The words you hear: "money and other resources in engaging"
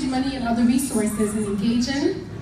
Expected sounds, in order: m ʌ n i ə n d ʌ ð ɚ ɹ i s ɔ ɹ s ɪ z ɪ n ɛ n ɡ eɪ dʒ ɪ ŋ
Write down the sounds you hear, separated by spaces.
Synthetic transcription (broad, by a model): m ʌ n i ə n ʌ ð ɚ ɹ i s ɔ ɹ s ɪ z ɪ n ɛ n ɡ eɪ dʒ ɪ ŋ